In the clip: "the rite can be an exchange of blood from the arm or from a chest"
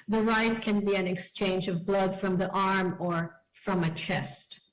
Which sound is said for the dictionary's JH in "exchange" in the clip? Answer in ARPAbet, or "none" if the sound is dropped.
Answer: JH